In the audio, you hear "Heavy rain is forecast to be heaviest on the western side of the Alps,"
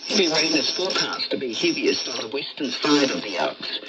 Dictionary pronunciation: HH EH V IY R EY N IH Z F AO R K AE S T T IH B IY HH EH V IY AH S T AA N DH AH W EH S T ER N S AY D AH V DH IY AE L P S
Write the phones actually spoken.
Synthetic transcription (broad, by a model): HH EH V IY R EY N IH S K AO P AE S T T IH B IY HH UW B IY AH S T N DH AH W EH S T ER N S AY D AH V DH IY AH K S